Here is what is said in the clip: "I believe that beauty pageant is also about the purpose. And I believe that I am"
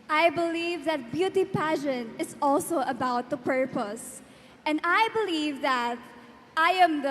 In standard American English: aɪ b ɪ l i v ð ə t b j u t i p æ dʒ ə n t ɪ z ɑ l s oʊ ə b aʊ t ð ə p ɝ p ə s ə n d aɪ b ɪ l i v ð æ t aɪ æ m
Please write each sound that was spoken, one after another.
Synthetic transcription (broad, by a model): aɪ b ɪ l i v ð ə t b j u t i p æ ʃ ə n ɪ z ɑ l s oʊ ə b aʊ t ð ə p ɝ p ə s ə n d aɪ b ɪ l i v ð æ t aɪ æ m